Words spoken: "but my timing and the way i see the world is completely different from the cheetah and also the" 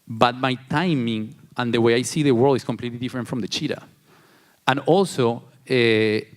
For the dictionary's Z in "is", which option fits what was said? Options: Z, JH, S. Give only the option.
S